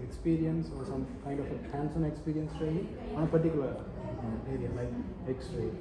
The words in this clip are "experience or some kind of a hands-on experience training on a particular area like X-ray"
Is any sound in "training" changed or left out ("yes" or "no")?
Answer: yes